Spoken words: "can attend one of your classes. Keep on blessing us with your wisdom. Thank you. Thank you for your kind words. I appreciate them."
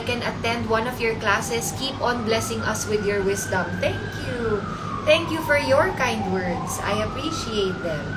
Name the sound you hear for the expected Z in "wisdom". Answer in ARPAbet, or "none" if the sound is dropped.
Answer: S